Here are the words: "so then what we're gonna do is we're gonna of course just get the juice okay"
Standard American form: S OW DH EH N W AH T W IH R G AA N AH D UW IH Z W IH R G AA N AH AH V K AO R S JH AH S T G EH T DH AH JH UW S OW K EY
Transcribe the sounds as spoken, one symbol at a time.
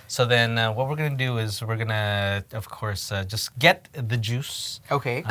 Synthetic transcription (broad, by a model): S OW DH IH N W AH T W IH R G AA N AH D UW IH Z W IH R G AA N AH AH V K AO R S JH AH S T G EH T DH AH JH UW S OW K EY